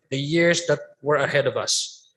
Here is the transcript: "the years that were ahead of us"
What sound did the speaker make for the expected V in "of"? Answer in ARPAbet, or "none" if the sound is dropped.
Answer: V